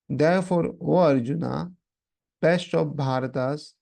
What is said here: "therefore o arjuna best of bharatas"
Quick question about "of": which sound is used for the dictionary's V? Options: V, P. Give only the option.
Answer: P